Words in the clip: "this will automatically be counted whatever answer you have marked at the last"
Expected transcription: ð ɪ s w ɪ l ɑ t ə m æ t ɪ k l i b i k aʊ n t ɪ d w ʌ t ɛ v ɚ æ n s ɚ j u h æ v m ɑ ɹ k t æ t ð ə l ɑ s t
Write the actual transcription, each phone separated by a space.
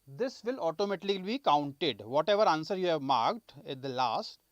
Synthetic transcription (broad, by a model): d ɪ s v ɪ l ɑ t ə m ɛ t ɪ l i b i k aʊ n t ɪ d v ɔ t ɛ v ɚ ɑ n s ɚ j u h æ v m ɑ ɹ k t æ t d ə l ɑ s t